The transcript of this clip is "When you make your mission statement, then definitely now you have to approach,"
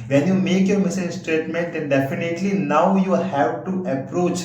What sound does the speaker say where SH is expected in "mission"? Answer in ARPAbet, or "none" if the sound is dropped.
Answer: S